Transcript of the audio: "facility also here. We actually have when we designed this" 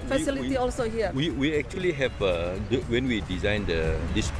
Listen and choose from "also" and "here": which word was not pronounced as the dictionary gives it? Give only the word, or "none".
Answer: here